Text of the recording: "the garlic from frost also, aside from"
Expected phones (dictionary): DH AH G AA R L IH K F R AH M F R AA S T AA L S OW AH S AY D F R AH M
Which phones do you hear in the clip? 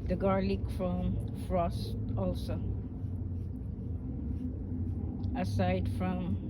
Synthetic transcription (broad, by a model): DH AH G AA R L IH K F R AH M F R AA S T AA L S OW AH S AY D F R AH M